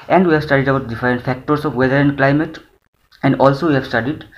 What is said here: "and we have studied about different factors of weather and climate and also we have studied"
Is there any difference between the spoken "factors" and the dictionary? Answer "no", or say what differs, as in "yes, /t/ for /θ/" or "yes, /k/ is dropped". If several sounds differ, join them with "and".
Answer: yes, /s/ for /z/